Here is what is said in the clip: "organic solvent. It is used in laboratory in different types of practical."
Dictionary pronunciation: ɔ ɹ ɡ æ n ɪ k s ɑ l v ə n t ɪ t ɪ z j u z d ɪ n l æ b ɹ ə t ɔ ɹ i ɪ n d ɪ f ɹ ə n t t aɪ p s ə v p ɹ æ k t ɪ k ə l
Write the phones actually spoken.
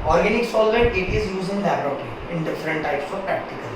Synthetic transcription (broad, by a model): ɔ ɹ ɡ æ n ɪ k s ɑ l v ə t ɪ t ɪ z j u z ɪ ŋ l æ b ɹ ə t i ɪ n d ɪ f ɹ ə n t t aɪ p s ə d p ɹ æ k t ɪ k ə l